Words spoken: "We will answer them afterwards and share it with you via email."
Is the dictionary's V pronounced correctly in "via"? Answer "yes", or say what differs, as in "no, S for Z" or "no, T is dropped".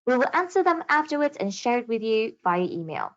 no, B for V